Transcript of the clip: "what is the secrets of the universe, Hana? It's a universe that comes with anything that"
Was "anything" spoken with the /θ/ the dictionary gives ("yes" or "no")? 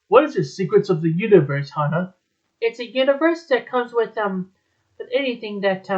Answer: yes